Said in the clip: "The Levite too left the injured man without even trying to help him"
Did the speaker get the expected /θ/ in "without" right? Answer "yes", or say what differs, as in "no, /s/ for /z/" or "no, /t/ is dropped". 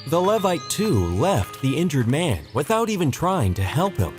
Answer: yes